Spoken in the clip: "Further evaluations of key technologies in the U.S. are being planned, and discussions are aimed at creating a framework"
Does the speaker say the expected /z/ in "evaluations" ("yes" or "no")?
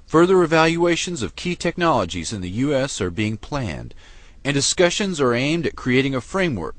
yes